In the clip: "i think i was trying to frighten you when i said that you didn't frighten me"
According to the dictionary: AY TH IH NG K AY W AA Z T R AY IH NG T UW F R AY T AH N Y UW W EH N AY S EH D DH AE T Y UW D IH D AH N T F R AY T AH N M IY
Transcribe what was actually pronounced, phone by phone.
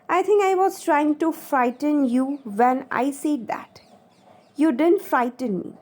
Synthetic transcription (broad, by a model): AY T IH NG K AY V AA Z T R AY IH NG T UW F R AY T AH N Y UW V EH N AY S EH D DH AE T Y UW D IH D AH N T F R AY T AH N M IY